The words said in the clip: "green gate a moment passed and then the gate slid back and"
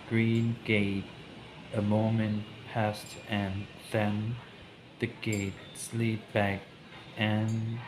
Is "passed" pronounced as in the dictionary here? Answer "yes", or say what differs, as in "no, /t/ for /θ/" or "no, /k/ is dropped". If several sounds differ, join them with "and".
yes